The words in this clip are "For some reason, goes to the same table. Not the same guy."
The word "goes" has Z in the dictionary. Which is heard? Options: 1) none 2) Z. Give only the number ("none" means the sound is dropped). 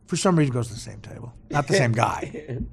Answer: 2